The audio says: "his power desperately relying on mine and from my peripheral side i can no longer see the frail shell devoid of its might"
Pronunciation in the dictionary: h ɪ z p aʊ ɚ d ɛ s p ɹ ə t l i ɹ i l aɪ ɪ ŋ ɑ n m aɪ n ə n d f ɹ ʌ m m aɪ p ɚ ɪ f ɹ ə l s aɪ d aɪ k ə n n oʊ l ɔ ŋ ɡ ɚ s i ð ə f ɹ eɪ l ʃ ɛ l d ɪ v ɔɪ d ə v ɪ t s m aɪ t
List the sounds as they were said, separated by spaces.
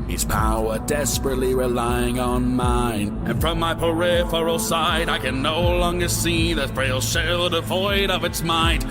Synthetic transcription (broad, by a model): h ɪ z p aʊ ɚ d ɛ s p ɹ ə t l i ɹ i l aɪ ɪ ŋ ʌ n m aɪ n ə n f ɹ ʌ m m aɪ p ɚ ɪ f ɹ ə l s aɪ d aɪ k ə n n oʊ l ɔ ŋ ɡ ɚ s i ð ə f ɹ eɪ l ʃ ɛ l d ɪ v ɔɪ d ə v ɪ t s m aɪ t